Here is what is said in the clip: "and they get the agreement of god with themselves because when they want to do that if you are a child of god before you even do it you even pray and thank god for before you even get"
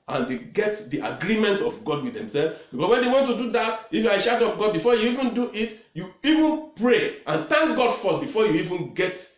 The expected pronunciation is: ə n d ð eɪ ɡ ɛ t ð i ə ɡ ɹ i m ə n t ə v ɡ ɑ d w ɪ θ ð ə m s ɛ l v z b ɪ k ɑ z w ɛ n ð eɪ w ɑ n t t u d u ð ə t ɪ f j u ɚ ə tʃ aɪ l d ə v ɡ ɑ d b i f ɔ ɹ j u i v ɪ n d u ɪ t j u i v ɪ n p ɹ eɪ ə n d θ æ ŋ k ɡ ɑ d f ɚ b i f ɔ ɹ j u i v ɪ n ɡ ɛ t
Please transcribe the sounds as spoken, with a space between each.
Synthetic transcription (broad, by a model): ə n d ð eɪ ɡ ɛ t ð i ə ɡ ɹ i m ə n t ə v ɡ ɑ d w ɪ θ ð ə m s ɛ l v b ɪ k ɑ s w ɛ n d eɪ w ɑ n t t u d u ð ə t ɪ f j u ə ʃ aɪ d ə p ɡ ɑ d b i f ɔ j u i v ɪ n d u ɪ t j u i v ɪ n p ɹ eɪ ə n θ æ ŋ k ɡ ɑ d f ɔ b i f ɔ j u i v ɪ n ɡ ɛ t